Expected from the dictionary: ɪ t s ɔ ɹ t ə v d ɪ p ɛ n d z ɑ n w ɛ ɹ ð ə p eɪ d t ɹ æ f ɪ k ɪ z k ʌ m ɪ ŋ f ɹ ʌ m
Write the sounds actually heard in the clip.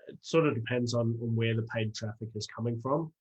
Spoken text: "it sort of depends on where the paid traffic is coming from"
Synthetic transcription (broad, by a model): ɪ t s ɔ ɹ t ə v d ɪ p ɛ n d z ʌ n w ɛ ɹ ð ə p eɪ d t ɹ æ f ɪ k ɪ z k ʌ m ɪ ŋ f ɹ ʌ m